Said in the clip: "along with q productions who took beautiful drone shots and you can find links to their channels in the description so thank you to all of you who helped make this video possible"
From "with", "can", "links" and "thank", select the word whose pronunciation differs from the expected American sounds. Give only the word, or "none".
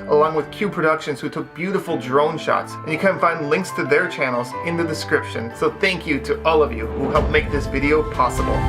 none